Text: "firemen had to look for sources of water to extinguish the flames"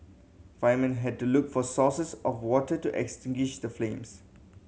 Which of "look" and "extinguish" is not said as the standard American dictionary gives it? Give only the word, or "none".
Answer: none